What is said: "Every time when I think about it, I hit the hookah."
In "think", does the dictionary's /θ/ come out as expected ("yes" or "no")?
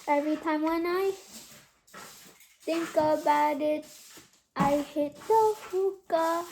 no